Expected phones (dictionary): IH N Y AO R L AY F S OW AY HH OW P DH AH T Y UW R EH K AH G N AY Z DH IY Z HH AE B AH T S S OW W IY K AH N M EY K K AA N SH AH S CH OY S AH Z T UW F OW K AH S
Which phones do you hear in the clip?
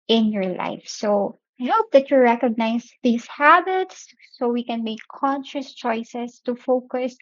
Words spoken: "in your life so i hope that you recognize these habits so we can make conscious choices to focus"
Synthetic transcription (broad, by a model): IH N Y AO R L AY F S OW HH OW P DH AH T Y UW R EH K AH G N AY S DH IY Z HH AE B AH T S S OW W IY K AH N M EY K K AA N SH AH S CH OY S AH S T UW F OW K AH S